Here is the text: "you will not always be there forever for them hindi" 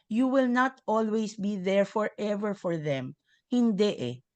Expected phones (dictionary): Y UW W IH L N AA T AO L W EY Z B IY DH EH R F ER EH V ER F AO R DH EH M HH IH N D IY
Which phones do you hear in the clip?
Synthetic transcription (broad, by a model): Y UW W IH L N AA T AO L W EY S B IY DH EH R F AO EH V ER F AO R DH EH M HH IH N D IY